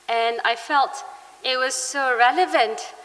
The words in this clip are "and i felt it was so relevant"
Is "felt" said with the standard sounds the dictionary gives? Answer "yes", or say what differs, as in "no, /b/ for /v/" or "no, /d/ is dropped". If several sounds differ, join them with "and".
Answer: yes